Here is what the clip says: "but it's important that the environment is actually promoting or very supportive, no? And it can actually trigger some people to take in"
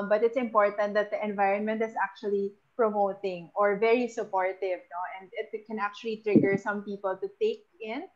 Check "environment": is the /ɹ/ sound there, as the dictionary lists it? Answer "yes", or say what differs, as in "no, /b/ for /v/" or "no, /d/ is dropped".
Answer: yes